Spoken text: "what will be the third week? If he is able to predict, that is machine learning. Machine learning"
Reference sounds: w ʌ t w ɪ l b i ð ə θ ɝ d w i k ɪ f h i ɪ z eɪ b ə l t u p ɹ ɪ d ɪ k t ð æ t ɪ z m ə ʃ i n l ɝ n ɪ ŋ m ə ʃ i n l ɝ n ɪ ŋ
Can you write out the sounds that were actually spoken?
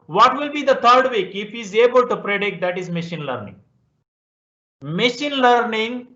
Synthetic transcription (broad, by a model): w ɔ t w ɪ l b i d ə t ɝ d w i k ɪ f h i z eɪ b ə l t u p ɹ ɪ d ɪ k t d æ t ɪ z m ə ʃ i n l ɝ n ɪ ŋ m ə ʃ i n l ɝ n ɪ ŋ